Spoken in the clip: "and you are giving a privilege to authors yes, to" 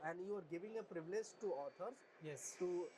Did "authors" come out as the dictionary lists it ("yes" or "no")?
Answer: no